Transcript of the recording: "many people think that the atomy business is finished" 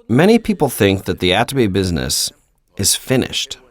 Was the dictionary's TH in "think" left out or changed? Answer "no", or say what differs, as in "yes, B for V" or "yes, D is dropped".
no